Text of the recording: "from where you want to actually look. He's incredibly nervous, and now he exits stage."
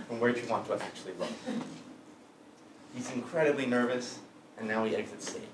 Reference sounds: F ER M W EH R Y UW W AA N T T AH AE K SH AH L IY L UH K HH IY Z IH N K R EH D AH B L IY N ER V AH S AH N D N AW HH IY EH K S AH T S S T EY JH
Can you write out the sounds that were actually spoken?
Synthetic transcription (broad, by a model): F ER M W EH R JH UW W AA N T T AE K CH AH L IY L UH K HH IY Z IH N K R EH D AH B L IY N ER V AH S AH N N AW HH IY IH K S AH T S S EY